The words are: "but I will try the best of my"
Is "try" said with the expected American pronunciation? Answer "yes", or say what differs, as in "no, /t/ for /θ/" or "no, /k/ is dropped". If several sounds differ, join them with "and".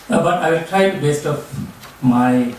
yes